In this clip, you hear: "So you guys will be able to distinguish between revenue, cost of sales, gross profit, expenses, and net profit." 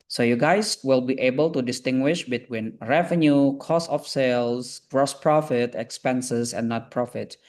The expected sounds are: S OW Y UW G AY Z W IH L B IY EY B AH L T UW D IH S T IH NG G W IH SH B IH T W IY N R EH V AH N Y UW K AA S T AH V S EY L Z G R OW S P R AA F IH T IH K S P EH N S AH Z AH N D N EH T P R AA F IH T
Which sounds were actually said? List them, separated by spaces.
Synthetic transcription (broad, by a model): S OW Y UW G AY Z W IH L B IY EY B AH L T UW D IH S T IH NG G W IH SH B IH T W IY N R EH V AH N Y UW K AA S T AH F S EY L S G R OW S P R AA F IH T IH K S P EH N S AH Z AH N N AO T P R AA F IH T